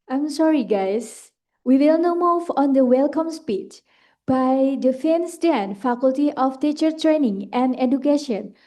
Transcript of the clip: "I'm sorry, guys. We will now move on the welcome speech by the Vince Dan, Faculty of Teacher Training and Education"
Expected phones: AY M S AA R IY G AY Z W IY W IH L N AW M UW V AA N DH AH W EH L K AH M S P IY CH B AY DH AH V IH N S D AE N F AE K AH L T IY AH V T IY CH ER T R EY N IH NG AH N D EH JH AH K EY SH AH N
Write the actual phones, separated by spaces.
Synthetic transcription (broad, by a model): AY M S AA R IY G AY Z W IY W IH L N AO M UW V AA N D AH W EH L K AH M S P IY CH B AY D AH F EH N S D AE N F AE K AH L T IY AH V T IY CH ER T R EY N IH NG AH N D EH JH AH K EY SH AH N